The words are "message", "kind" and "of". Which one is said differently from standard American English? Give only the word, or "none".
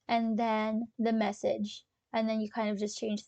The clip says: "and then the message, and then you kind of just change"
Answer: none